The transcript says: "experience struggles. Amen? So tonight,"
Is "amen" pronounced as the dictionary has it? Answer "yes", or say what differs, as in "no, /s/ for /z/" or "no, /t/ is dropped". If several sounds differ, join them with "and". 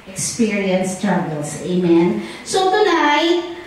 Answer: yes